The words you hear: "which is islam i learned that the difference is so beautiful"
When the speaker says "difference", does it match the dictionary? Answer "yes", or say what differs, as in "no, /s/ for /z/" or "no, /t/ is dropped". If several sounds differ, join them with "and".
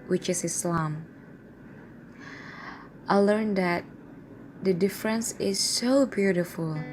yes